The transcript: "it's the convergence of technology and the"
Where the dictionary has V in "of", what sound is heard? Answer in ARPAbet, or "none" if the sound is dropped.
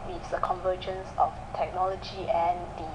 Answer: F